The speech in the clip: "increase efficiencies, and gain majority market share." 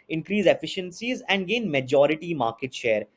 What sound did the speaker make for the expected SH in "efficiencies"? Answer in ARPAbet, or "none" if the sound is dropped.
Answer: SH